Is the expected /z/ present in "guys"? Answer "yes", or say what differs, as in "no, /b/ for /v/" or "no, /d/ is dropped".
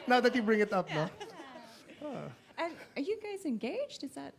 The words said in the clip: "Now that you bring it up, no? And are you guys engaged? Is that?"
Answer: yes